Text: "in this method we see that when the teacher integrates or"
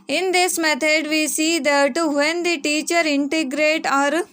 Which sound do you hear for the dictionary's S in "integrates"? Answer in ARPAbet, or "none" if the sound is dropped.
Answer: none